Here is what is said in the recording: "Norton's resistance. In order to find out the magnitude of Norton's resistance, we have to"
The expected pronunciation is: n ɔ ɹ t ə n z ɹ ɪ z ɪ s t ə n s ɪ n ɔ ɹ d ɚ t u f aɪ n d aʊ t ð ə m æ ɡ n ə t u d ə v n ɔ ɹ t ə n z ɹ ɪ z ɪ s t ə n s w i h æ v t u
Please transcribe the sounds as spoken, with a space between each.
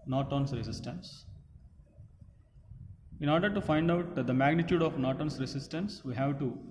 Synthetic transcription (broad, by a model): n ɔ t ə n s ɹ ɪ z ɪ s t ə n s ɪ n ɔ ɹ d ɚ t u f aɪ n d aʊ t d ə m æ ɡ n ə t u d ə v n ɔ t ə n s ɹ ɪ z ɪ s t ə n s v i h æ v t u